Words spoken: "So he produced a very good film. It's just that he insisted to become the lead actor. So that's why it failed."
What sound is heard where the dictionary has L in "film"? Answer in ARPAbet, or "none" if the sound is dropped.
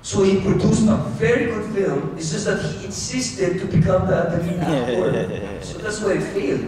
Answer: L